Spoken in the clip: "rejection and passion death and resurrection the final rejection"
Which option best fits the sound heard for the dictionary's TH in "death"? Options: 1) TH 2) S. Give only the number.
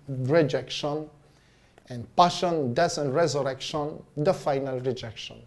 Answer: 2